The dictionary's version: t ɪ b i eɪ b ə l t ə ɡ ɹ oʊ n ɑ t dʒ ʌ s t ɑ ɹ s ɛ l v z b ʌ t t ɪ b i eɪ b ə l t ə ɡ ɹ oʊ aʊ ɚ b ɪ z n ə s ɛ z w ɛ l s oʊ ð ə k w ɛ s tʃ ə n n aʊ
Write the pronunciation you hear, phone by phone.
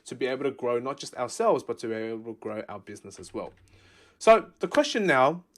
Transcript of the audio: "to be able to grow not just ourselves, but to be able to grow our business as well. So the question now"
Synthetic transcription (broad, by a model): t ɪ b i eɪ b l t ə ɡ ɹ oʊ n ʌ t dʒ ʌ s t ɑ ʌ s ɛ l v z b ʌ t t ɪ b i eɪ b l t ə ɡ ɹ oʊ aʊ ɚ b ɪ z n ə s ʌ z w ɛ l s oʊ ð ə k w ɛ s tʃ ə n n aʊ